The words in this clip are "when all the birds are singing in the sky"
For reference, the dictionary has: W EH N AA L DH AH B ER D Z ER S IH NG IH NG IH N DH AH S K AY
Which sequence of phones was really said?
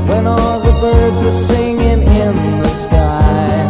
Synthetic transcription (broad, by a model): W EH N AA L DH AH B ER D Z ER S IH NG IH NG IH N DH AH S K AY